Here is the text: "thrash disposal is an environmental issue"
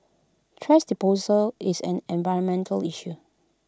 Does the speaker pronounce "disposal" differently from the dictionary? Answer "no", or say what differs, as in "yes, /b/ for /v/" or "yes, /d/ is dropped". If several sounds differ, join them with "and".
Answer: yes, /s/ is dropped